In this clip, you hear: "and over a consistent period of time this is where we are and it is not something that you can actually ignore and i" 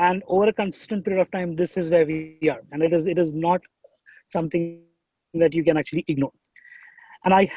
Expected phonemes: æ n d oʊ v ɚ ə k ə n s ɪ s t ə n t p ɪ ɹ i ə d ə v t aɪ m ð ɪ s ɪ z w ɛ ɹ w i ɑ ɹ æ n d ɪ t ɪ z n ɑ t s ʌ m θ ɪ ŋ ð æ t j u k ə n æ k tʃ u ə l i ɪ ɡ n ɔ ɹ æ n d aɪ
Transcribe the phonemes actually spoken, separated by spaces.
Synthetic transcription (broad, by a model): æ n d oʊ v ɚ ə k ə n s ɪ s t ə n t p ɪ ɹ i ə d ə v t aɪ m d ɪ s ɪ z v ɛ ɹ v i ɑ ɹ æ n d ɪ t ɪ z n ɑ t s ʌ m t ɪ ŋ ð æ t j u k ə n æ k tʃ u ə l i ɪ ɡ n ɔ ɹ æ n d aɪ